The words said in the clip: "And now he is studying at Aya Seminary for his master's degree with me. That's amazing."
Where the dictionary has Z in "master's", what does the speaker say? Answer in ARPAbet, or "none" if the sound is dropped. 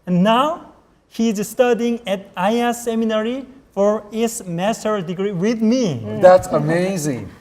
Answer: none